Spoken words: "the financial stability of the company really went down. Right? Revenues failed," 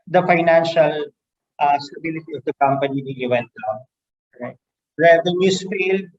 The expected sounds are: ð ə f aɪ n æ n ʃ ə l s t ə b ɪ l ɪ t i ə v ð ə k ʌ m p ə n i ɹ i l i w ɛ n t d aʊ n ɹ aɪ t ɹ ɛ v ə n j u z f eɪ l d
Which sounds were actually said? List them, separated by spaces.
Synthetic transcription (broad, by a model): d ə f aɪ n æ n ʃ ə l s t ə b ɪ l ɪ t i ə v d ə k ʌ m p ə n i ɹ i i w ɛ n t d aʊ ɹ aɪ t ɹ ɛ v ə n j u s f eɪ l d